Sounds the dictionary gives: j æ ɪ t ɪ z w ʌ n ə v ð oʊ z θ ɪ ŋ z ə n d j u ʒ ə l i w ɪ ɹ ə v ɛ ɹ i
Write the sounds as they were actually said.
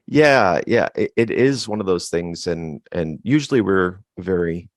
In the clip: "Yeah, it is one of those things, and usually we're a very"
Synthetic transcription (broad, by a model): j æ ɪ t ɪ z w ʌ n ə v ð oʊ z θ ɪ ŋ z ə n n j u ʒ l i w ɪ ɹ v ɛ ɹ i